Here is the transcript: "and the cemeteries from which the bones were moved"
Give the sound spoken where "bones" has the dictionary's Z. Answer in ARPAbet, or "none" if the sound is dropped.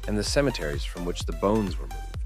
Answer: Z